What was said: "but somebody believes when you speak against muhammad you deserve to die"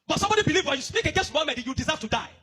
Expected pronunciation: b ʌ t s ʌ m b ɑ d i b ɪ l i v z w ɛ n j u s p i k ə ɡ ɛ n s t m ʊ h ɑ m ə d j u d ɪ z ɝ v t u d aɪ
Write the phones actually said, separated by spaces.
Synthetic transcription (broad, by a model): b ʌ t s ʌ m b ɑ d i b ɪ l i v w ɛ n j u s p i k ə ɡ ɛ s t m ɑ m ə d j u d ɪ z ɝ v t u d aɪ